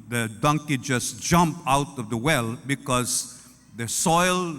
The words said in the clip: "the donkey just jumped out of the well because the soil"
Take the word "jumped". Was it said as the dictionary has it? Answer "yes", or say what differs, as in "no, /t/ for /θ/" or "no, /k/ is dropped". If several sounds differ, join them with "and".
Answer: no, /t/ is dropped